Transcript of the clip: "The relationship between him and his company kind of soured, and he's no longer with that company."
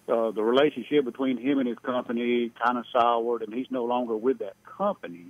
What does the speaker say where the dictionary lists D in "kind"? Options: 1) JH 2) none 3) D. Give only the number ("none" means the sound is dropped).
2